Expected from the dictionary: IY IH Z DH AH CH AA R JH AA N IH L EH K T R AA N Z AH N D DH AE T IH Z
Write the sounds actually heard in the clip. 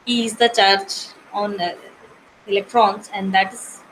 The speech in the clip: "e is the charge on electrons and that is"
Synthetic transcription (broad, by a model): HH IH Z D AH CH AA R CH AA N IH L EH K T R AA N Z AH N D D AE T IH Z